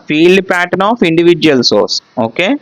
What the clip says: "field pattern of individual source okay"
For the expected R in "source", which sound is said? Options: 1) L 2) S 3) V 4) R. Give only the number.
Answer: 4